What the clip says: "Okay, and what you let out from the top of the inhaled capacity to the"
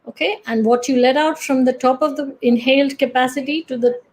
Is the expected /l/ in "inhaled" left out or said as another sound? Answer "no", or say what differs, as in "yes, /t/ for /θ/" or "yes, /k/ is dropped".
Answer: no